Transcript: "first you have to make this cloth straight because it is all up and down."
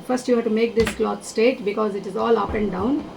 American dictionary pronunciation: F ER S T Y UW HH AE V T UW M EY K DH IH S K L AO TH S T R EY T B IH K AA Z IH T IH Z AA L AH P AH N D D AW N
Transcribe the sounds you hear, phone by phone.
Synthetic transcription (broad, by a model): F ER S T Y UW HH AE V T UW M EY K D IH S K L AO T S T EY T B IH K AA Z IH T IH Z AA L AH P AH N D D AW N